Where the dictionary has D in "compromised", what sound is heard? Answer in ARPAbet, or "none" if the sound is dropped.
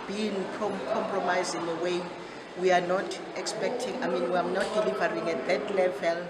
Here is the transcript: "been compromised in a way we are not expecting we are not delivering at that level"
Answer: none